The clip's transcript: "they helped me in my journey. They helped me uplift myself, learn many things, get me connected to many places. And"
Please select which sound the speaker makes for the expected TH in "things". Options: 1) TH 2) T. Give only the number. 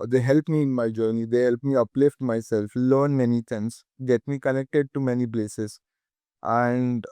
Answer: 2